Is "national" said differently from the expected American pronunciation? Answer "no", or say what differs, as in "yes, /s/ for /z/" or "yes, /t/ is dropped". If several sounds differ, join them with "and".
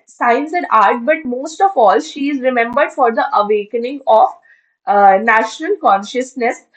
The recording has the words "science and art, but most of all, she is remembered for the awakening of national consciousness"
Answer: no